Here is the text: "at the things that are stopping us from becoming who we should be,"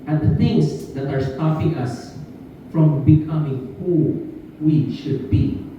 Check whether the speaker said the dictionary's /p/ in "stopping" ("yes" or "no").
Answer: no